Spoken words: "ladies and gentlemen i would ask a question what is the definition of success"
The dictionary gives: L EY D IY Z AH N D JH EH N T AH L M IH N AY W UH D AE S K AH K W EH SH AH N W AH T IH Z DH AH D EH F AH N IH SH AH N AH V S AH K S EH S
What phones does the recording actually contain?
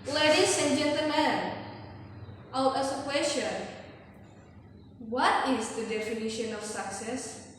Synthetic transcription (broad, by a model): L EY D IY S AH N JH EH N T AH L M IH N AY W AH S AH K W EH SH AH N W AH T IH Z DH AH D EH F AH N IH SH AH N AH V S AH K S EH S